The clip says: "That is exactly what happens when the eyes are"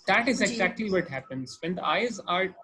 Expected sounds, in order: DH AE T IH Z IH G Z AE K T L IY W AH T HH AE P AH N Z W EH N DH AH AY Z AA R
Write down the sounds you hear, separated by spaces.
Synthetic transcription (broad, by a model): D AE T IH Z IH G Z AE K T L IY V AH T HH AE P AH N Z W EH N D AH AY Z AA R